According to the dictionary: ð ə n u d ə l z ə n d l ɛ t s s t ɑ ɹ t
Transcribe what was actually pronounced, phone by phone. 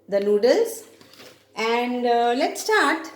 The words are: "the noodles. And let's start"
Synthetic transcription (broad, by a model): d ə l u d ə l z ə n d l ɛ t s s t ɑ ɹ t